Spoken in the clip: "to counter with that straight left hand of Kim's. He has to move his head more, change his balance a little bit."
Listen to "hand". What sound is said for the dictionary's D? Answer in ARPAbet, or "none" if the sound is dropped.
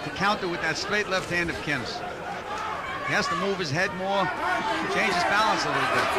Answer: D